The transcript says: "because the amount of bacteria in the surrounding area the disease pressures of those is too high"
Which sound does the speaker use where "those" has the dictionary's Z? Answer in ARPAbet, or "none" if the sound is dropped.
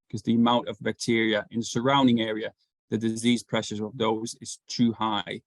Z